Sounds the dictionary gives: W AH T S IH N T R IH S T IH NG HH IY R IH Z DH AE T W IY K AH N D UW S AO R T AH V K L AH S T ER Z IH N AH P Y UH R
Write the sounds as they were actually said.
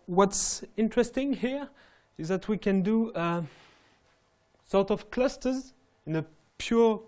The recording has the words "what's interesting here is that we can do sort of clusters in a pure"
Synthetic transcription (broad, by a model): W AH T S IH N T R IH S T IH NG HH IY R IH Z DH AE T W IY K AH N D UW S AO R T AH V K L AH S T ER Z IH N AH P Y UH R